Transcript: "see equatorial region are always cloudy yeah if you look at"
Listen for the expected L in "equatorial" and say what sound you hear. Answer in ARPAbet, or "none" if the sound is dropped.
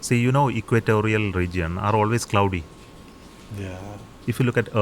L